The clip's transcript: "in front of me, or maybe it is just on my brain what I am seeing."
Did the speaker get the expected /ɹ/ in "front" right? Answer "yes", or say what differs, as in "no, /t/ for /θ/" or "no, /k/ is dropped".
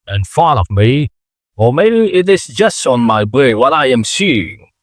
no, /ɹ/ is dropped